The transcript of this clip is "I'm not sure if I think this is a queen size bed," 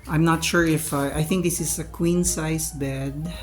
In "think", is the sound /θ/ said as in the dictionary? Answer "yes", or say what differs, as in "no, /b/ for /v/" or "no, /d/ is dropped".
yes